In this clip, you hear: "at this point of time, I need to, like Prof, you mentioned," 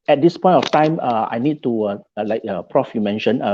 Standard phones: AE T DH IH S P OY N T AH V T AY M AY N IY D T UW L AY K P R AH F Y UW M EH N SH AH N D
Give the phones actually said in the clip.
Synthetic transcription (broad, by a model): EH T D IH S P OY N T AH F T AY M AY N IY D T UW L AY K P R AH F Y UW M EH N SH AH N